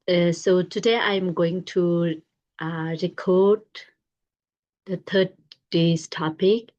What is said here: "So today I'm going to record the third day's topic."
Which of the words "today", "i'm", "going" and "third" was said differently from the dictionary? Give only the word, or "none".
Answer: third